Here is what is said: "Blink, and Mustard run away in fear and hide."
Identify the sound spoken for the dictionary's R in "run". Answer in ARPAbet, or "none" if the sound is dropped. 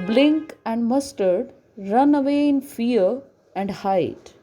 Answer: R